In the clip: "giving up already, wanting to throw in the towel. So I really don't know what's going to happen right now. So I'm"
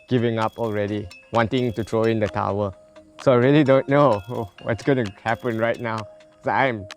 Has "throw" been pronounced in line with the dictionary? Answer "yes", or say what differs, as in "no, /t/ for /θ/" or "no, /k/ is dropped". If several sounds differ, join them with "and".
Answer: no, /t/ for /θ/